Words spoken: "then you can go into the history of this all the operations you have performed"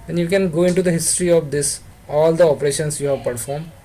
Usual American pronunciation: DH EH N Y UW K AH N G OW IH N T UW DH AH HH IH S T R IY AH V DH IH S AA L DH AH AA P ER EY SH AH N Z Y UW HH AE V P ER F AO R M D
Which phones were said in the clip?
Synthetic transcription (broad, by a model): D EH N Y UW K AH N G OW IH N T UW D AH HH IH S T R IY AH V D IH S AA L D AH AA P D EY SH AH N S Y UW HH AE V P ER F AO R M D